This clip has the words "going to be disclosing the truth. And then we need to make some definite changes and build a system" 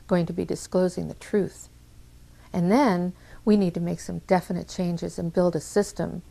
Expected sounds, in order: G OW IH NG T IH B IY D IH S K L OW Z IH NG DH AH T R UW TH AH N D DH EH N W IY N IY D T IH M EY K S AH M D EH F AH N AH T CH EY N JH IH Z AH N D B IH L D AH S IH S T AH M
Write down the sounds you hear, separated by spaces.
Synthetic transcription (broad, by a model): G OW IH NG T IH B IY D IH S K L OW Z IH NG DH AH T R UW TH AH N DH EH N W IY N IY D T IH M EY K S AH M D EH F AH N AH T CH EY N JH IH Z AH N B IH L D AH S IH S T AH M